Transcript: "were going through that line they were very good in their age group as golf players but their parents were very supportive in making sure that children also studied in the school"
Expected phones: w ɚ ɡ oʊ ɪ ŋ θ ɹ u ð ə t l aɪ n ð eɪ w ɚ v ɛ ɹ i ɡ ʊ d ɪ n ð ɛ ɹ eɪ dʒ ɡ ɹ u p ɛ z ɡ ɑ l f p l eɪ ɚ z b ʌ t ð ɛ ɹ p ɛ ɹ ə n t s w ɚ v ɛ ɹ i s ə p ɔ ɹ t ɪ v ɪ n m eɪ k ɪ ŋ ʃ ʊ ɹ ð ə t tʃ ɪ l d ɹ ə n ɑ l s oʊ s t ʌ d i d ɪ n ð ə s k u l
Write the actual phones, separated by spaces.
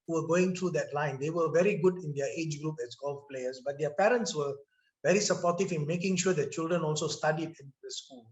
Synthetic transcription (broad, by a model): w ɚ ɡ oʊ ɪ ŋ t ɹ u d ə t l aɪ n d eɪ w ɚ v ɛ ɹ i ɡ ʊ d ɪ n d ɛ eɪ dʒ ɡ ɹ u p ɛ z ɡ ɑ l f p l eɪ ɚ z b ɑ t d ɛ p ɛ ɹ ə n t s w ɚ v ɛ ɹ i s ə p ɔ t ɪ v ɪ n m eɪ k ɪ ŋ ʃ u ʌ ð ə t tʃ ɪ l d ɹ ə n ɑ l s oʊ s t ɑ d i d ɪ n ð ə s k u l